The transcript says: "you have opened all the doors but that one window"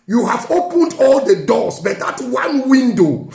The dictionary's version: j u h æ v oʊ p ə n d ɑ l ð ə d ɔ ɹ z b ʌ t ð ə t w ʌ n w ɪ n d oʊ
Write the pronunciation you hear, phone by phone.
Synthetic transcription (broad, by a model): j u h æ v oʊ p ə n d ɑ l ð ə d ɔ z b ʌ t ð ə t w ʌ n w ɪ n d oʊ